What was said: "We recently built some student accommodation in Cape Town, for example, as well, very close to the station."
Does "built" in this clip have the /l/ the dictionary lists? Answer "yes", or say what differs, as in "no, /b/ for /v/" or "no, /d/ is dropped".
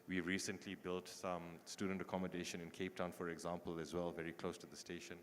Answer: yes